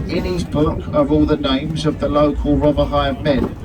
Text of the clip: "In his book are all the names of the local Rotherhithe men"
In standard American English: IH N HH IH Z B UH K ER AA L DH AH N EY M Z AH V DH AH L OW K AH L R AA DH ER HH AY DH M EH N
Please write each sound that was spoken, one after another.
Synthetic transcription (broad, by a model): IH N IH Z B UH K ER AA L DH AH N EY M Z AH V DH AH L OW K AH L R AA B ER HH AY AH M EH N